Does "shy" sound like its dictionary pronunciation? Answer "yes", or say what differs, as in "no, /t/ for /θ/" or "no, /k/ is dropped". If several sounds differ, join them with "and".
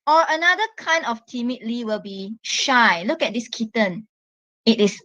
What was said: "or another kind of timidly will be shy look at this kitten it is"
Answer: yes